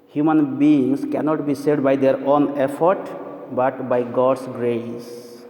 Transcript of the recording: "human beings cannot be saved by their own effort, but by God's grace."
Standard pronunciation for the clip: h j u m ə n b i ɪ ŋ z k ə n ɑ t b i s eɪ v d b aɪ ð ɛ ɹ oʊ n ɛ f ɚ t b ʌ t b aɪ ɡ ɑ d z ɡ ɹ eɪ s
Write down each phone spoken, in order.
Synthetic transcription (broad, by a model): h j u m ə n b i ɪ ŋ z k ə n ɑ t b i s eɪ d b aɪ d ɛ ɹ oʊ n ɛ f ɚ t b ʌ t b aɪ ɡ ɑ d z ɡ ɹ eɪ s